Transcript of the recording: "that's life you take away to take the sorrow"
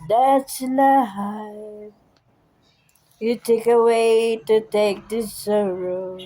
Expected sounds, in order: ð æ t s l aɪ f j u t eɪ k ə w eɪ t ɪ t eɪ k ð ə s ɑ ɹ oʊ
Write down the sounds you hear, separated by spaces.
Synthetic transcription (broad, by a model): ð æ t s n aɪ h j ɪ t eɪ k ə w eɪ t ɪ t eɪ k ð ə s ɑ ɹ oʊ